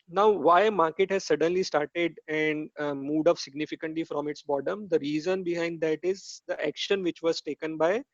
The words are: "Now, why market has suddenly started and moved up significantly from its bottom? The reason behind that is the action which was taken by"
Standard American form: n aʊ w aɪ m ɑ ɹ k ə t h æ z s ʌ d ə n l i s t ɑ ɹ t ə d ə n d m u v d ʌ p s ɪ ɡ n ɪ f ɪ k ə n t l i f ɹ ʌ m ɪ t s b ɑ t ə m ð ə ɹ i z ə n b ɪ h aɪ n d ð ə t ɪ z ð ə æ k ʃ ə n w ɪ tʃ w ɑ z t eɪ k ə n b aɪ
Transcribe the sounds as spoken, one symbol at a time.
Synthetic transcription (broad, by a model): n aʊ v aɪ m ɑ ɹ k ə t h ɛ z s ʌ d ə n l i s t ɑ ɹ t ə d ə n d m u d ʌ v s ɪ ɡ n ɪ f ɪ k ə n t l i f ɹ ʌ m ɪ t s b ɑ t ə m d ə ɹ i z ə n b ɪ h aɪ n d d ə t ɪ z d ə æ k ʃ ə n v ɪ tʃ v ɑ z t eɪ k ə n b aɪ